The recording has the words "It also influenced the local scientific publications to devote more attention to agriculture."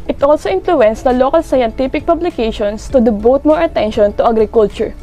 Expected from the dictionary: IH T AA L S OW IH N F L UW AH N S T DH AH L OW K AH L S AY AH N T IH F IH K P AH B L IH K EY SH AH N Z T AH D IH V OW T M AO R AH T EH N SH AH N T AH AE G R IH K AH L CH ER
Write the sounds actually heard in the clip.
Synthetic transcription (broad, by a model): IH T AA L S OW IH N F L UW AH N S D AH L OW K AH L S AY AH N T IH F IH K P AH B L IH K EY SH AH N S T AH D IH B OW T M AO R AH T EH N SH AH N T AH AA G R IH K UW L CH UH